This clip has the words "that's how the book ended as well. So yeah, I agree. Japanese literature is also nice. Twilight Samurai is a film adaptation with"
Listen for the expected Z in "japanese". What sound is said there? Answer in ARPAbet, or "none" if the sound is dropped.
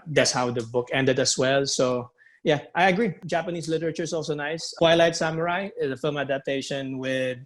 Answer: S